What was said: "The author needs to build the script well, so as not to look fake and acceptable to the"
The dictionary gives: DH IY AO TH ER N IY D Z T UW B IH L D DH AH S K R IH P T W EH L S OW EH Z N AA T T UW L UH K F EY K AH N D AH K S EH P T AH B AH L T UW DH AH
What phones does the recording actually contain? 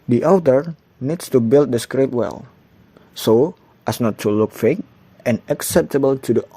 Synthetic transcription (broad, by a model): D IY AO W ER N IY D S T UW B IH L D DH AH S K R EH T W EH L S OW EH S N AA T T UW L UH K F EY K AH N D AH K S EH P T AH B AH L T UW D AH